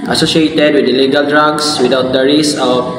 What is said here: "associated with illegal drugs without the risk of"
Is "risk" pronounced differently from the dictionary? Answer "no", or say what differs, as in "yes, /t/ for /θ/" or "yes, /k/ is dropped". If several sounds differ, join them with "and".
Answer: yes, /k/ is dropped